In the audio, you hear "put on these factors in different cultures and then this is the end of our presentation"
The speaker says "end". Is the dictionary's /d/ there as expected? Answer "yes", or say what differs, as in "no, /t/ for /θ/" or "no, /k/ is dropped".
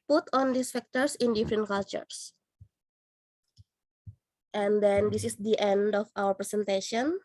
yes